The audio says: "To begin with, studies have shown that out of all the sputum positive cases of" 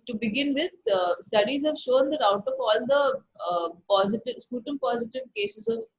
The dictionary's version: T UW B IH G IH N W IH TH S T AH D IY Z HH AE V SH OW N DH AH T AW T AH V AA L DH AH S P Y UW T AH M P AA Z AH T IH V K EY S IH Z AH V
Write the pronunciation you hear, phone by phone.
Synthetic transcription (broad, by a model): T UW B IH G IH N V IH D S T AH D IY Z HH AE V SH OW N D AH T AW T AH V AA L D AH S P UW T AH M P AA Z AH T IH V K EY S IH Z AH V